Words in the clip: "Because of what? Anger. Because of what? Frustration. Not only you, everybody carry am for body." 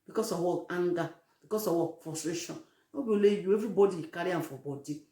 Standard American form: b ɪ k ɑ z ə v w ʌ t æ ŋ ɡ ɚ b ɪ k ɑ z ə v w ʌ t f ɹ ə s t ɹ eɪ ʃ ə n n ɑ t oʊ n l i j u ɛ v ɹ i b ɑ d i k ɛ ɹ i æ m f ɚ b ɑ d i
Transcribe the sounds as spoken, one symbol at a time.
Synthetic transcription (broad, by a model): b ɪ k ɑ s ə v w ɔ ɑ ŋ ɡ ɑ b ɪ k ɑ s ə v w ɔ f ɹ ə s t ɹ eɪ ʃ ə n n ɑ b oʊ l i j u ɛ v ɹ i b ɑ d i k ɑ ɹ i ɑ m f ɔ b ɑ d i